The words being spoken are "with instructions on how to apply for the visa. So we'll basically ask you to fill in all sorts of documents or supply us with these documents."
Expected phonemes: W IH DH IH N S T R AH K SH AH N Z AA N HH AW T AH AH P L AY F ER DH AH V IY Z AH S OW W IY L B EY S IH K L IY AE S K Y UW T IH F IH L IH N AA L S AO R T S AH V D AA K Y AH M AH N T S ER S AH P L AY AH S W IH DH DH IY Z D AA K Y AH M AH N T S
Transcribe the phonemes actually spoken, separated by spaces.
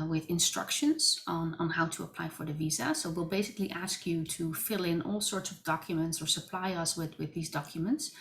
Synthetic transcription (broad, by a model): W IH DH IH N S T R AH K SH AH N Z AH N HH AW T AH AH P L AY F ER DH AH V IY Z AH S OW W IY L B EY S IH K L IY AE S K Y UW T IH F IH L IH N AA L S AO R T S AH V D AA K Y AH M AH N T S ER S AH P L AY AH S W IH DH DH IY Z D AA K Y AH M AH N T S